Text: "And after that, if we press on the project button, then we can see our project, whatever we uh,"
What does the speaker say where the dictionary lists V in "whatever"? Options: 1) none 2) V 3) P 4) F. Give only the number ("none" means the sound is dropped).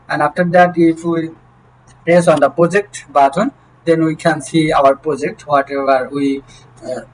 1